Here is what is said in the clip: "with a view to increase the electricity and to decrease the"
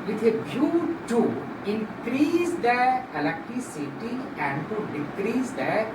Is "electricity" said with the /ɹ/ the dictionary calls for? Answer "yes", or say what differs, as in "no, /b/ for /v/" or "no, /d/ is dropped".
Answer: no, /ɹ/ is dropped